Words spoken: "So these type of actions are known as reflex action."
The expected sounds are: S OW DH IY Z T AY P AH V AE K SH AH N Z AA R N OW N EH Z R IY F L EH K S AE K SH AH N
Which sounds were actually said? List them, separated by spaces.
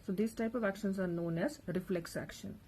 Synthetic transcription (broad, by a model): S OW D IY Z T AY P AH V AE K SH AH N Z AA R N OW N EH Z R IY F L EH K S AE K SH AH N